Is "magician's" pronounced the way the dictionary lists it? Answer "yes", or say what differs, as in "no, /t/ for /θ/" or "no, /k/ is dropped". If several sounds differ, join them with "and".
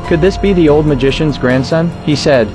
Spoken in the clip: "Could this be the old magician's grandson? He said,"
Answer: yes